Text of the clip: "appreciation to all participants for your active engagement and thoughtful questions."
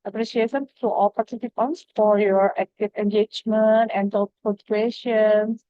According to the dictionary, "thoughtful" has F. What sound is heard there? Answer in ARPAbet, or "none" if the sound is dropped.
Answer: none